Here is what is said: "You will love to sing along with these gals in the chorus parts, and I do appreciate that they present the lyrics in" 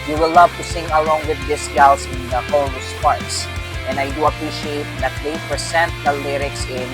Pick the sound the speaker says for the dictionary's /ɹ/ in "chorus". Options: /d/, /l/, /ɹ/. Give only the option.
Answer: /l/